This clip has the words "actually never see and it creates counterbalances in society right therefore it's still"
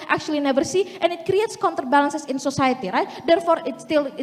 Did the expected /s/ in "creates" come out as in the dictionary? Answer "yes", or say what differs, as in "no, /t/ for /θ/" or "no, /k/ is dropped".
yes